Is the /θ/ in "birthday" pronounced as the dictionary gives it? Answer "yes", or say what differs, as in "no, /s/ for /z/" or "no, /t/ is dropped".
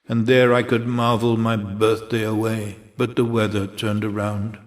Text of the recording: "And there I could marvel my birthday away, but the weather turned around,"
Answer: yes